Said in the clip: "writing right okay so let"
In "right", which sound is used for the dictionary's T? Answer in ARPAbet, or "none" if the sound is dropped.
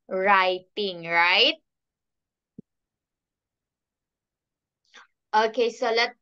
T